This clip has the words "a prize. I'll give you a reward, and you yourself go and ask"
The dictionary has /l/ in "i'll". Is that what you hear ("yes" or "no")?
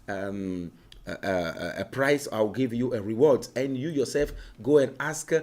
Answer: no